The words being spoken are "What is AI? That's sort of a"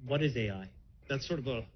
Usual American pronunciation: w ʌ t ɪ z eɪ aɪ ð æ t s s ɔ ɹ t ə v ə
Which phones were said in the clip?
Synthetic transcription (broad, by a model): w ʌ t ɪ z eɪ aɪ ð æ t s s ɔ ɹ t ə v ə